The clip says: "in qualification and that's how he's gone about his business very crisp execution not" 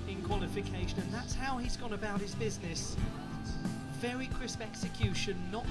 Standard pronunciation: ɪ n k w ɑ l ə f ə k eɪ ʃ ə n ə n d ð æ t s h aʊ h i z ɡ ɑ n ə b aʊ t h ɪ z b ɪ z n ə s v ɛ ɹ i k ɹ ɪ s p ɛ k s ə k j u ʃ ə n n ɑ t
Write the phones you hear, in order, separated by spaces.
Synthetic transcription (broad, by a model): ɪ n k w ɑ l ə f ə k eɪ ʃ ə n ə n ð æ t s h aʊ i z ɡ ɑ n ə b aʊ t h ɪ z b ɪ z n ə s v ɛ ɹ i k ɹ ɪ s p ɛ k s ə k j u ʃ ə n n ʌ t